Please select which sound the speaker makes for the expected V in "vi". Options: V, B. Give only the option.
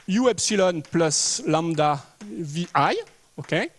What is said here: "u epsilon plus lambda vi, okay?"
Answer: V